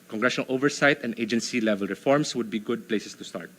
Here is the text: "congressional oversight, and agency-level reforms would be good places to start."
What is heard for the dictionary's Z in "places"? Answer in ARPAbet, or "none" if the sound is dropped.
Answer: S